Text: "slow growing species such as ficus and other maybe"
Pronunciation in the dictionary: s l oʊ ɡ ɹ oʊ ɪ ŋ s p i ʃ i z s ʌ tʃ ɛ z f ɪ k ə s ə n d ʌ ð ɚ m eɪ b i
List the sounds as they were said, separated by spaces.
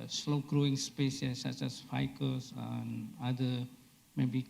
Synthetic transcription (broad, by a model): s l oʊ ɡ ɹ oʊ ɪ ŋ s p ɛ s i s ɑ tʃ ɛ s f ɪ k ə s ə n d ʌ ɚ m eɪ b i